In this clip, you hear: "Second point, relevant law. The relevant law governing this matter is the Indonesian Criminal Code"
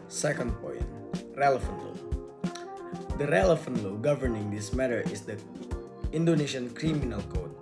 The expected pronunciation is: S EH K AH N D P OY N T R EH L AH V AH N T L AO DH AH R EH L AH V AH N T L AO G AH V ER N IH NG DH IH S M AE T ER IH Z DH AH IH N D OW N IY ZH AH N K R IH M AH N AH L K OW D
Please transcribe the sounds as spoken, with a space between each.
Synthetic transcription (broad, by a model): S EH K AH N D P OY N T R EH L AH F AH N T L AO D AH R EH L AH F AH N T L AO G AH V ER N IH NG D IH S M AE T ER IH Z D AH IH N D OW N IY SH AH N K R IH M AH N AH L K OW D